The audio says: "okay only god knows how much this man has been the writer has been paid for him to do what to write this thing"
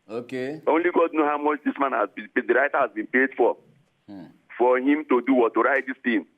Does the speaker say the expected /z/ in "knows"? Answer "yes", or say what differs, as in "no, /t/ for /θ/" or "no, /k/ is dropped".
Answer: no, /z/ is dropped